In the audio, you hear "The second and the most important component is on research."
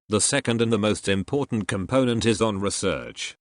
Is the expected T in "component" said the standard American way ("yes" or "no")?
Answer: yes